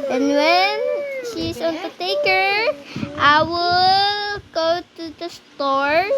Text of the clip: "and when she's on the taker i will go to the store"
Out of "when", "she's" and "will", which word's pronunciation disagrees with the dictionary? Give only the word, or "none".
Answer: she's